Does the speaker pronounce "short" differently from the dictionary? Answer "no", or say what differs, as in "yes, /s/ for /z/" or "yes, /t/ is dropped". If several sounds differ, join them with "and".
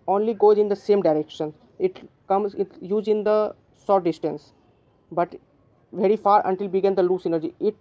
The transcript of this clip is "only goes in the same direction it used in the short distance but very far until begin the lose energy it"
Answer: yes, /s/ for /ʃ/